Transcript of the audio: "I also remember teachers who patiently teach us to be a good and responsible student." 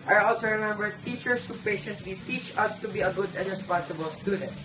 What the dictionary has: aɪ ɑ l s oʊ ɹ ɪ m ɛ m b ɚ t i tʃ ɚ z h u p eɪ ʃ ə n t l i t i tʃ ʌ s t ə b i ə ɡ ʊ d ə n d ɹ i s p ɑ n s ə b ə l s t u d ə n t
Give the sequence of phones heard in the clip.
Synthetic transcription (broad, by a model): aɪ ɑ l s oʊ ɹ ɪ m ɛ m b ɚ t i tʃ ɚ s h u p eɪ ʃ ə n t l i t i tʃ ʌ s t ə b i ə ɡ ʊ d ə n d ɹ i s p ɑ n s ə b ə l s t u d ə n t